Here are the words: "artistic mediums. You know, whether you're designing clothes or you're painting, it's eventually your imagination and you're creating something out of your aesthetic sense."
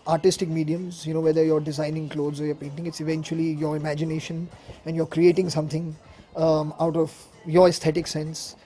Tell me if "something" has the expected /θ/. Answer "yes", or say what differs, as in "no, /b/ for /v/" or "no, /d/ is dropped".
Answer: no, /t/ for /θ/